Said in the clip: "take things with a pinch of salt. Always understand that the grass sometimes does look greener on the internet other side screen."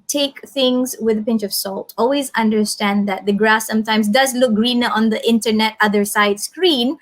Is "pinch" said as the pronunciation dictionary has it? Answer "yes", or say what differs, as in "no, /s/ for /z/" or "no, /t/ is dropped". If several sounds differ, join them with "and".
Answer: yes